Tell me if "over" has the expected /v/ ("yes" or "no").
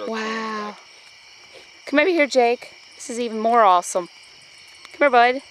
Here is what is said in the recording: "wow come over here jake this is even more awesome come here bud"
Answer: no